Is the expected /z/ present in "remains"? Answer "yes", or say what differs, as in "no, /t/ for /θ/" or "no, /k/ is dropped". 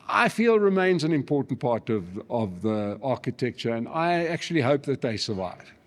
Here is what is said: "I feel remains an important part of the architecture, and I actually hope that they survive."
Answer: yes